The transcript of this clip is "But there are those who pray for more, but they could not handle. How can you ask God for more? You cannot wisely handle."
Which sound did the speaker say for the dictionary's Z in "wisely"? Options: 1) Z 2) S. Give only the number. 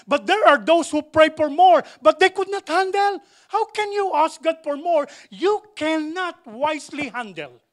2